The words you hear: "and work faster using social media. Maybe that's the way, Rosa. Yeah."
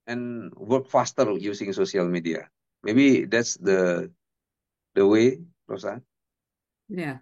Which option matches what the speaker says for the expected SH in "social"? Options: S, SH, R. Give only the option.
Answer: S